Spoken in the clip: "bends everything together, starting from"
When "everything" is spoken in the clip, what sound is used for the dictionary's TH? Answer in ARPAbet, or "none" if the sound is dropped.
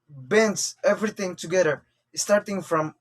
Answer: T